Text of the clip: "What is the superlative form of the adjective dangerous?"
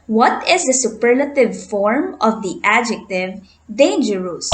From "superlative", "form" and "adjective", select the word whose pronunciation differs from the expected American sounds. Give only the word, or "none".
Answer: none